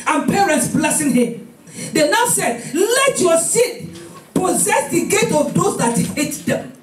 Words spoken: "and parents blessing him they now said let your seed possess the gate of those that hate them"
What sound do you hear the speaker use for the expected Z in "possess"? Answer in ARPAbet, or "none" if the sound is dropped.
Z